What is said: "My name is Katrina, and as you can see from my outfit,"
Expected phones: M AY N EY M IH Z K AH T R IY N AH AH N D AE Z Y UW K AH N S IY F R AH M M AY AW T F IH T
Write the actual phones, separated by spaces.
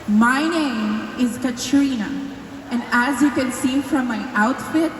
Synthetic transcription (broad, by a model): M AY N EY M IH Z K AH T R IY N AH AH N D AE Z Y UW K AH N S IY F R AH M M AY AW T F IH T